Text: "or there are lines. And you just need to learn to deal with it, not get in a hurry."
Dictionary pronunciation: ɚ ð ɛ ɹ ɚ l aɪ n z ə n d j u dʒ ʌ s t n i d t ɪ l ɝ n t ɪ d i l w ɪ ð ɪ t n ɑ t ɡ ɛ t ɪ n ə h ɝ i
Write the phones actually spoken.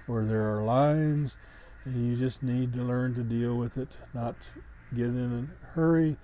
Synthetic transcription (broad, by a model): ɚ ð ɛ ɹ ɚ l aɪ n z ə n j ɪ dʒ ʌ s t n i d t ɪ l ɝ n t ɪ d i l w ɪ ð ɪ t n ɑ t ɡ ɛ t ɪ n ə h ɝ i